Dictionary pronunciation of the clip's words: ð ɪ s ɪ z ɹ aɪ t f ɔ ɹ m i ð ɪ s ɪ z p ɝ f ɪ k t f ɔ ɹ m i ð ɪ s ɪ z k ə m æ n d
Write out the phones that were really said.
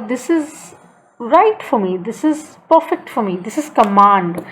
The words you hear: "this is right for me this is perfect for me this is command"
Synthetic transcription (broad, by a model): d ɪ s ɪ z ɹ aɪ t f ɔ ɹ m i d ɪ s ɪ z p ɝ f ɪ k t f ɔ ɹ m i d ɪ s ɪ z k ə m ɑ n d